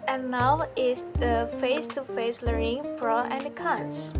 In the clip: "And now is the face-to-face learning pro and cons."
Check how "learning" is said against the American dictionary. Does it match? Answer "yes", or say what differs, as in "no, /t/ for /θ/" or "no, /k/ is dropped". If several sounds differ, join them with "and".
no, /n/ is dropped